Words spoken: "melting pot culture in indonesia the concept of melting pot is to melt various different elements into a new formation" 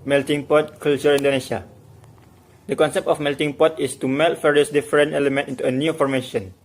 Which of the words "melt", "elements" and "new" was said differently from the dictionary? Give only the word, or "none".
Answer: elements